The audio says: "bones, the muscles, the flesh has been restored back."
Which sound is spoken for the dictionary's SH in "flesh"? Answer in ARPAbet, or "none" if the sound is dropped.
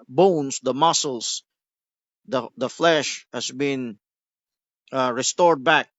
SH